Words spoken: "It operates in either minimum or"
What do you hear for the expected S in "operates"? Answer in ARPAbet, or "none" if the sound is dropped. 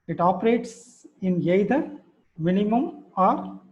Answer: S